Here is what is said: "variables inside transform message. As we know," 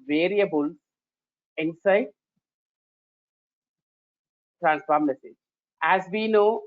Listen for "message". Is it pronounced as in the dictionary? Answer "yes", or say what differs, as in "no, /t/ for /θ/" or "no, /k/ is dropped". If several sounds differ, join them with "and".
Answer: no, /dʒ/ is dropped